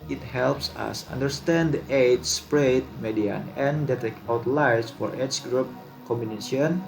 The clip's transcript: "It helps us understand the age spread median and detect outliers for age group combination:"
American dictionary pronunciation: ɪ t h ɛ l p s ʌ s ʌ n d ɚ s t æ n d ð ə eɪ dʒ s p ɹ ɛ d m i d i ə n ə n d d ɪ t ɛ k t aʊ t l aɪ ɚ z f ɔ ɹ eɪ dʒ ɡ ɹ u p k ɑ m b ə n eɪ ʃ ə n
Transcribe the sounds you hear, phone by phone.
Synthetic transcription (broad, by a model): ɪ t h ɛ l p s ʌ s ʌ n d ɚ s t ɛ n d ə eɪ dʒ s p ɹ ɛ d m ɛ d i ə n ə n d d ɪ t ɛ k aʊ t l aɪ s f ɔ ɹ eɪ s ɡ ɹ u p k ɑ m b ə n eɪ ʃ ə n